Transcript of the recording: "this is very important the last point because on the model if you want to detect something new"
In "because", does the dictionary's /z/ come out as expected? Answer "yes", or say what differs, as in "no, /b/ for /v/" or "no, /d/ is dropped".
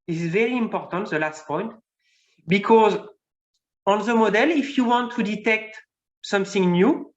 yes